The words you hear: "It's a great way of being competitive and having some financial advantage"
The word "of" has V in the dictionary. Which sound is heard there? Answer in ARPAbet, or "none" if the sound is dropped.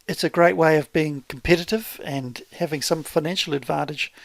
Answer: V